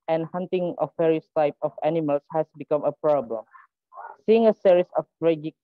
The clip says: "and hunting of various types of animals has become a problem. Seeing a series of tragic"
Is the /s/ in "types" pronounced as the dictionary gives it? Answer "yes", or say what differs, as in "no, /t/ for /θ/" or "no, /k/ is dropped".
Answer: no, /s/ is dropped